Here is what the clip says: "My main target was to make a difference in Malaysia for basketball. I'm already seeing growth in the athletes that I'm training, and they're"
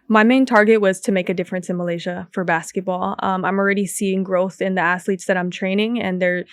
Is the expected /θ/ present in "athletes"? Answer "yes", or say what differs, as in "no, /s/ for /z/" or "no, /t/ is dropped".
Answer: no, /s/ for /θ/